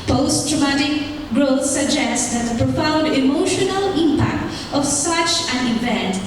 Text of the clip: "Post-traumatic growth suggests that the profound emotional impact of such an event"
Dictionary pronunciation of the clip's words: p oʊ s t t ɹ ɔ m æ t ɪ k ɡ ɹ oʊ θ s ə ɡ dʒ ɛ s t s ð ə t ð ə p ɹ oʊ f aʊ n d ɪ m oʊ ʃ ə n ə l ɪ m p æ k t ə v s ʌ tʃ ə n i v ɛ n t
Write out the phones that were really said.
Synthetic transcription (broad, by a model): p oʊ s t t ɹ ɔ m æ t ɪ k ɡ ɹ oʊ θ s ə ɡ dʒ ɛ s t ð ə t ð ə p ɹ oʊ f aʊ n d ɪ m oʊ ʃ ə n ə l ɪ m p æ k t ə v s ʌ tʃ ə n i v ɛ n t